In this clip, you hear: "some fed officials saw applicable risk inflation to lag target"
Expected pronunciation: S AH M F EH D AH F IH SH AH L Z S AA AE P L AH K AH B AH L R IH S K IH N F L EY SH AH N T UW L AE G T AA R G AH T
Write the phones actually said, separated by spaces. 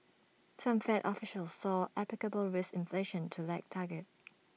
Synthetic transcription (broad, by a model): S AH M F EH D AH F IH SH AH L S AA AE P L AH K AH B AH L R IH S IH N F L EY SH AH N T UW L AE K T AA G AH T